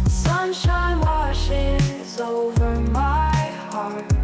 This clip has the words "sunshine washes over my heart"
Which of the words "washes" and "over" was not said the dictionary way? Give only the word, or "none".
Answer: none